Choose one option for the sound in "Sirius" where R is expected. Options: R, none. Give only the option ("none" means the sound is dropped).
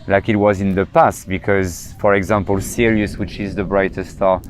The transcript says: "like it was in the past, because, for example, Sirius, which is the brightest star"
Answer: R